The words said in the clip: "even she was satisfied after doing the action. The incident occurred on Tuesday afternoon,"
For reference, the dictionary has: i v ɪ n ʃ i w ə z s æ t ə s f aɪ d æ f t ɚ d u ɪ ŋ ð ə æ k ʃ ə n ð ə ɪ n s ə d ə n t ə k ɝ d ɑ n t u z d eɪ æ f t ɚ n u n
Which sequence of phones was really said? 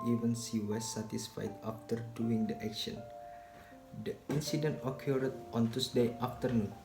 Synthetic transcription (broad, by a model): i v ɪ n s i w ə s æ t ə s f aɪ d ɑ f t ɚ d u ɪ ŋ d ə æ k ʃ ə n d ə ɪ n s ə d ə n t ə k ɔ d ɑ n t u s d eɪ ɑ f t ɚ n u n